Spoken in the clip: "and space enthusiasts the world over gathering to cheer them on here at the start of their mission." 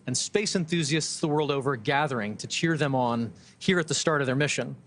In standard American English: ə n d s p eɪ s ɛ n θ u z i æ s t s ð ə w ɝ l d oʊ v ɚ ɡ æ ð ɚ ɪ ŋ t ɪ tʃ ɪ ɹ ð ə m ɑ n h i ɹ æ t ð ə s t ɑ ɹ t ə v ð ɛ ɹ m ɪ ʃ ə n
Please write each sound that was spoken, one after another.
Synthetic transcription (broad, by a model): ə n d s p eɪ s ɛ n θ u z i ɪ s t s ð ə w ɝ l d oʊ v ɚ ɡ æ ð ɚ ɪ ŋ t ɪ tʃ ɪ ɹ ð ə m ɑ n h i ɹ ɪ t ð ə s t ɑ ɹ t ə v ð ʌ ɹ m ɪ ʃ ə n